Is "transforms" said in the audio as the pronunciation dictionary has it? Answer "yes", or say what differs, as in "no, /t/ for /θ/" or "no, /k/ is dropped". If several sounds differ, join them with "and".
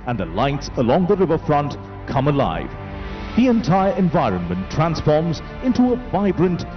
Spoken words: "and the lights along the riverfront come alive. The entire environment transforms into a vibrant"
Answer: yes